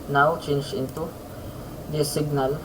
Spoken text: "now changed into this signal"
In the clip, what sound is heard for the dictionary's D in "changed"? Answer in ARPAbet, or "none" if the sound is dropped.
none